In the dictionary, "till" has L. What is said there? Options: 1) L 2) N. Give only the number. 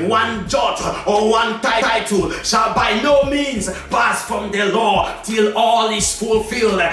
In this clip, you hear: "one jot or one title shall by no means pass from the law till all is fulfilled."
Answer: 1